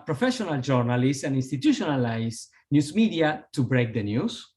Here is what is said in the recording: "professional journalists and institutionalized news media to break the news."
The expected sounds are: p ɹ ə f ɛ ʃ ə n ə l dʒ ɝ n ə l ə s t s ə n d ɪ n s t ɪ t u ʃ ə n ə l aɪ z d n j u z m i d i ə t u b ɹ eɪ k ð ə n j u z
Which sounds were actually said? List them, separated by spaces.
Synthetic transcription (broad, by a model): p ɹ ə f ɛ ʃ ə n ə l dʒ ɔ n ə l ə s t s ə n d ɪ n s t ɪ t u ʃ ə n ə l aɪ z n j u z m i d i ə t u b ɹ eɪ k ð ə n j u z